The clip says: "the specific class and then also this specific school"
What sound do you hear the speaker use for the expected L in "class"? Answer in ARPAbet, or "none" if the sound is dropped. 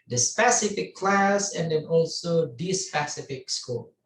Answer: L